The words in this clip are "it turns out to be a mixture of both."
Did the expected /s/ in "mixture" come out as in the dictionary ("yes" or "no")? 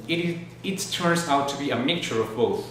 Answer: no